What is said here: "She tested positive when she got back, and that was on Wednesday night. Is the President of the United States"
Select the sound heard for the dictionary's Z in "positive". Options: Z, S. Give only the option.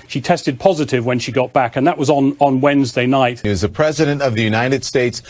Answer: Z